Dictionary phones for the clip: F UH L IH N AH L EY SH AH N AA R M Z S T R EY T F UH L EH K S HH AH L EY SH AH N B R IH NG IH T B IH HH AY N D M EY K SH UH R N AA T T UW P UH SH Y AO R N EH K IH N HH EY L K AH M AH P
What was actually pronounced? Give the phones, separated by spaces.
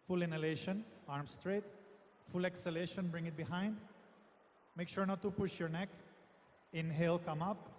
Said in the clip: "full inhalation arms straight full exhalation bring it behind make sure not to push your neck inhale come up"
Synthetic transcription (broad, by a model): F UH L IH N AH L EY SH AH N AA R M S T R EY T F UH L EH K S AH L EY SH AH N B R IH NG IH T B IH HH AY N D M EY K SH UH R N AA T T UW P UH SH Y AO R N EH K IH N HH EY L K AH M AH P